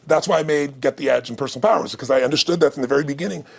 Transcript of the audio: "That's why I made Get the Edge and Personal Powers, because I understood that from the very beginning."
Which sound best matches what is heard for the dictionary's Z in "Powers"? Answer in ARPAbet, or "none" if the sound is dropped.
Z